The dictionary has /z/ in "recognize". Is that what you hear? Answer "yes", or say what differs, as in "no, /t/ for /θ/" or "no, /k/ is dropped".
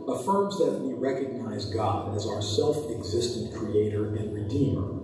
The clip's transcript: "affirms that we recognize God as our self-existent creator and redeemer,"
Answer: yes